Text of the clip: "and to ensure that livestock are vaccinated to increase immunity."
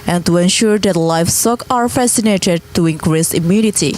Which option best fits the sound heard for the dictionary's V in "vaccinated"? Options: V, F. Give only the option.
F